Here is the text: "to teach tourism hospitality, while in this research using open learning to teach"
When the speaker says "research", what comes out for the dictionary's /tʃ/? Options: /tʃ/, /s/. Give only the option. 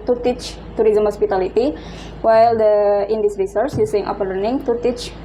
/s/